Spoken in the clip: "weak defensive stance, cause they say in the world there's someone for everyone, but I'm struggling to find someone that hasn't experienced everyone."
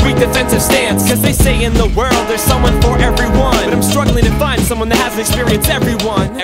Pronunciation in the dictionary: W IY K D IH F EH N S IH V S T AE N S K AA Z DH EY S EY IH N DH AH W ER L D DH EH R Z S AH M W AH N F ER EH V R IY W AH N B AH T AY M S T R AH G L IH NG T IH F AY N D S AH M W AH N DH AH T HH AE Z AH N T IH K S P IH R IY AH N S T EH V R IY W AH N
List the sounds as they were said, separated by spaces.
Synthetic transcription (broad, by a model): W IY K D IH F EH N S IH V S T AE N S K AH Z DH EY S EY IH N DH AH W ER L D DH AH R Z S AH M W AH N F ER EH V R IY W AH N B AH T AY M S T R AH G L IH NG T IH F AY N D S AH M W AH N DH AH T HH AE Z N IH K S P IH R IY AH N S EH V R IY W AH N